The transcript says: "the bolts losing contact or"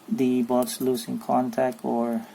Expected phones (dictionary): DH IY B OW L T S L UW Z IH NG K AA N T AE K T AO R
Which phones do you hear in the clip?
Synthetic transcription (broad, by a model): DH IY B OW T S L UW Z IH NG K AA N T AE K T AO R